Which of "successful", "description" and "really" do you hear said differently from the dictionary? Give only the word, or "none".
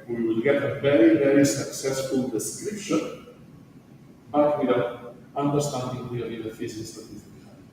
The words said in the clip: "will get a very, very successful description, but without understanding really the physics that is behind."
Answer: really